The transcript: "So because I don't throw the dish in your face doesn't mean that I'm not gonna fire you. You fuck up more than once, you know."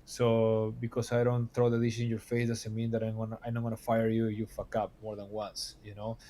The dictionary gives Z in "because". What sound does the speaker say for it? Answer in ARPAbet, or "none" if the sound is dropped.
S